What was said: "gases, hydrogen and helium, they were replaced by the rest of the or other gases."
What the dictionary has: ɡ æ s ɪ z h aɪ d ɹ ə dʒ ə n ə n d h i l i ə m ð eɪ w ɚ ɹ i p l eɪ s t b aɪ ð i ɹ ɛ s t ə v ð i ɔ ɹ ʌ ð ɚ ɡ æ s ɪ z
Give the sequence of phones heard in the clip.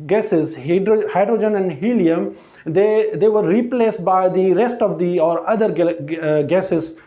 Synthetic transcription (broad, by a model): ɡ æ s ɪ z h aɪ d ɹ ə dʒ ə n ə n d h i l i ə m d eɪ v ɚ ɹ i p l eɪ s t b aɪ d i ɹ ɛ s t ə v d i ɔ ɹ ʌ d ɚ ɡ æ s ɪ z